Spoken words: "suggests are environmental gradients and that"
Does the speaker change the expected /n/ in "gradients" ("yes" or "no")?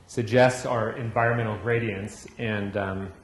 no